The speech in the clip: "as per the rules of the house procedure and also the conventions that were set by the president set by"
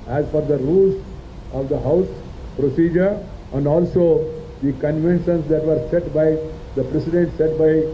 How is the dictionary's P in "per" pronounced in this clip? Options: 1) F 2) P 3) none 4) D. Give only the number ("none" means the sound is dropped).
1